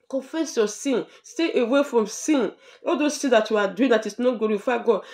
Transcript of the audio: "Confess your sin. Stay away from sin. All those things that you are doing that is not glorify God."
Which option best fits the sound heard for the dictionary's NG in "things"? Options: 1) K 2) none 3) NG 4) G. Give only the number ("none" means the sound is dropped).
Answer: 2